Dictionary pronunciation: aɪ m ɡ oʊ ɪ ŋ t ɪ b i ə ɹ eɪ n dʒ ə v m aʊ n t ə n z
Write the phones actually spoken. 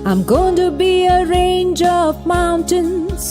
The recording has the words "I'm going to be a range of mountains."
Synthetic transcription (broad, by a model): aɪ m ɡ oʊ ɪ ŋ t ɪ b i ə ɹ eɪ n dʒ ə v m aʊ n t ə n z